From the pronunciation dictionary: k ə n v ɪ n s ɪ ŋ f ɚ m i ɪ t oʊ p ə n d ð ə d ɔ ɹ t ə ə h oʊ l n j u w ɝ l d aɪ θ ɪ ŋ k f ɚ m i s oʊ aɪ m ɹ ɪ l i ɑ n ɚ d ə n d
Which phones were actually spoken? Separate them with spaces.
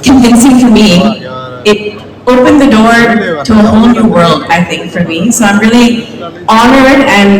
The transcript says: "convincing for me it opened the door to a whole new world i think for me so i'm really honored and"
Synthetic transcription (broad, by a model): k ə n v ɪ n s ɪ ŋ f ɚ m i ɪ t oʊ p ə n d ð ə d ɔ ɹ t ə ə h oʊ l n j u w ɝ l d aɪ θ ɪ ŋ k f ɚ m i s oʊ aɪ m ɹ ɪ l i ɑ n ɚ d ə n